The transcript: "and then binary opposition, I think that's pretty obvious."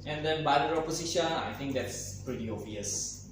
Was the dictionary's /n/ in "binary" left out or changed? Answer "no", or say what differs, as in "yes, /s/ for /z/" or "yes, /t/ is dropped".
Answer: yes, /l/ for /n/